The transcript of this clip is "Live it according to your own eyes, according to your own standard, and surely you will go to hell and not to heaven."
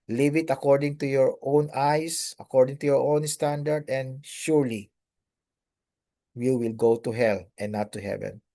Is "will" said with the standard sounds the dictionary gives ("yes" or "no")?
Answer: yes